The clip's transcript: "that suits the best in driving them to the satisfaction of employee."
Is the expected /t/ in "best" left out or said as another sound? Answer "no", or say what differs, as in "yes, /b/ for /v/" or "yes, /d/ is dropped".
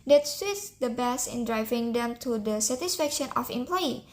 yes, /t/ is dropped